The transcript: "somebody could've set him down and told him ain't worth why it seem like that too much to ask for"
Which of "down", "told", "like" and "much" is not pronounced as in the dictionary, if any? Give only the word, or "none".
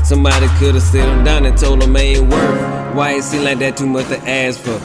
told